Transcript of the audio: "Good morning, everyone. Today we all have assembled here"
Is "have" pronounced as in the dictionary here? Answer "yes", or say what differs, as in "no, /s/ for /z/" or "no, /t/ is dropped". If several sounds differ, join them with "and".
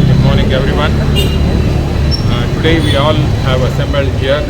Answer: yes